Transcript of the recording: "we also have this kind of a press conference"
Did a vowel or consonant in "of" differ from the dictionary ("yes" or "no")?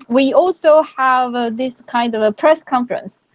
no